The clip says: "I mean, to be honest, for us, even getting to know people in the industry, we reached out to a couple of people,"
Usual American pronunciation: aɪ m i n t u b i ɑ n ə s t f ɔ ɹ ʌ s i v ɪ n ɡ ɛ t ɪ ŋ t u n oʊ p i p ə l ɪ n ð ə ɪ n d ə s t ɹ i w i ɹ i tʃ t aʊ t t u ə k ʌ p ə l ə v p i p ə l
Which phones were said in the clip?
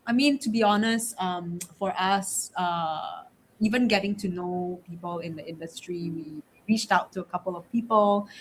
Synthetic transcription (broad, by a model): aɪ m i n t u b i ɑ n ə s t f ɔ ɹ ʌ s i v ɪ n ɡ ɛ t ɪ ŋ t u n oʊ p i p ə l ɪ n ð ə ɪ n d ə s t ɹ i w i ɹ i tʃ t aʊ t t u ə k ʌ p ə l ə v p i p ə l